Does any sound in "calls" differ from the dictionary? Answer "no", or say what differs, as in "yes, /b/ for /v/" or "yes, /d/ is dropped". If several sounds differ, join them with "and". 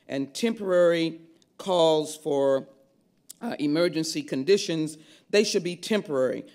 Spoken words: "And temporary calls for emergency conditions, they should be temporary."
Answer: no